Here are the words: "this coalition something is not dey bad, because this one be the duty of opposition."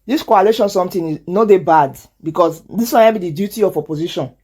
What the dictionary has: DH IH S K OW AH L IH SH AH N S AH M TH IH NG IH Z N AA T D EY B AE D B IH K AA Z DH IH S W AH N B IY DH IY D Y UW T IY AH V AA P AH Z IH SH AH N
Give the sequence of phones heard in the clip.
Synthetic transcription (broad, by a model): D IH S K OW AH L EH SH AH N S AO M T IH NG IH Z N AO D EY B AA D B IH K AA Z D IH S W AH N B IY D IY D Y UW T IY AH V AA P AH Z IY SH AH N